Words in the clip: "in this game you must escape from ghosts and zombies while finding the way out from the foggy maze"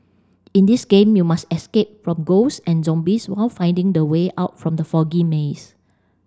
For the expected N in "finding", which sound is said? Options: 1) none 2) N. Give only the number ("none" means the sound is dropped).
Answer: 2